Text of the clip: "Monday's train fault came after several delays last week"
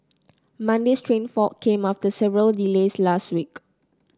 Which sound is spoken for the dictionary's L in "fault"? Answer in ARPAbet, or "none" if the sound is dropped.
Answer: none